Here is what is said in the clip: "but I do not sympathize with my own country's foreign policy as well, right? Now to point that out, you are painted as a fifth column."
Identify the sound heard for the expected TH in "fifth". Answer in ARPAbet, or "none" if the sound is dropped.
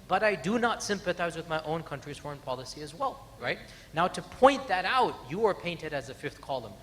TH